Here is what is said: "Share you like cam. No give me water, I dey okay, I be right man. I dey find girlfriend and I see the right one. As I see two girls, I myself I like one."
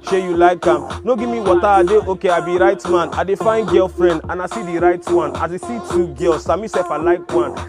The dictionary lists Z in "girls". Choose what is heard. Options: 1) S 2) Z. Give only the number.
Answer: 1